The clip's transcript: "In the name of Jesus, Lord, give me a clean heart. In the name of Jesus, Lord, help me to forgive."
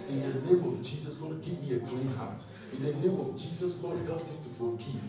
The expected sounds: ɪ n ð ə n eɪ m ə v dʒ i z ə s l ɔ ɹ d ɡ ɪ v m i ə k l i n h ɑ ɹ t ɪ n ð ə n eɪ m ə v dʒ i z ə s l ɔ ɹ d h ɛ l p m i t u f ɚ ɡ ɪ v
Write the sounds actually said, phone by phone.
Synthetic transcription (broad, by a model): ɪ n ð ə n eɪ m ə v dʒ i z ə s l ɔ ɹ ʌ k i p m i ə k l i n h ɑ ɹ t ɪ n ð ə n eɪ m ə v dʒ i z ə s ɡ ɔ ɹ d h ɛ l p m i t u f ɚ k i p